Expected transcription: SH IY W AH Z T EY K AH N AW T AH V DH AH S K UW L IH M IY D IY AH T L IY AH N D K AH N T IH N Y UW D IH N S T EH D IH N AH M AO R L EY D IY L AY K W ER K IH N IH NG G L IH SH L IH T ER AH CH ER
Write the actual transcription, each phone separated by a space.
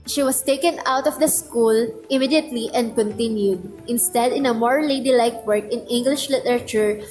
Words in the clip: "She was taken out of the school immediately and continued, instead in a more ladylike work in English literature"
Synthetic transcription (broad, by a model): SH IY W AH S T EY K AH N AW T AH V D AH S K UW L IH M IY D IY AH T L IY AH N D K AH N T IH N Y UW D IH N S T EH D IH N AH M AO R L EY D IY L AY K W ER K IH N IH NG G L IH SH L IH T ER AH CH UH